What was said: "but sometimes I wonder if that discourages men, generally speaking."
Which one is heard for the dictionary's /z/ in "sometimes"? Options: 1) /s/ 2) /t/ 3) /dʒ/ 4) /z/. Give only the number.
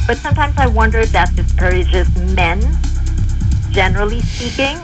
4